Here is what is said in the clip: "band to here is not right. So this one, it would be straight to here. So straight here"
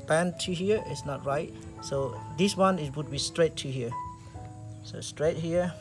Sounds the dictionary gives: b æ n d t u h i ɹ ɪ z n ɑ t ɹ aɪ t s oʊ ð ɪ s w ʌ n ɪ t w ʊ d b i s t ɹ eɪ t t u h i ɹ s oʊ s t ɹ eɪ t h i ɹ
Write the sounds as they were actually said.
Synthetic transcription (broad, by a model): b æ n t u h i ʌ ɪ s n ɑ t ɹ aɪ t s oʊ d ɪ s w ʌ n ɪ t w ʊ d b i s t ɹ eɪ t t u h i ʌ s oʊ s t ɹ eɪ t h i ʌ